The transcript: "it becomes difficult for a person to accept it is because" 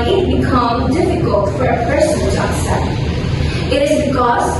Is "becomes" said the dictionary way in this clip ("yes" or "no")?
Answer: no